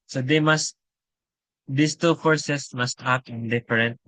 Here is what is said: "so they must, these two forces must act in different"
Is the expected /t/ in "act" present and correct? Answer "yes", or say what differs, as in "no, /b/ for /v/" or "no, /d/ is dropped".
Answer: no, /t/ is dropped